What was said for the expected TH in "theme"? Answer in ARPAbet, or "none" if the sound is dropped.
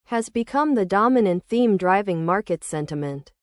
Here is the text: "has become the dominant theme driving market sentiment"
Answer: TH